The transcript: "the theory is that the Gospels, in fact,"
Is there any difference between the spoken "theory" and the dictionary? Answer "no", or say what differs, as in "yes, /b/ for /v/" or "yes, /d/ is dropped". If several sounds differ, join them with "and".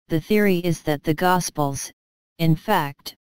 no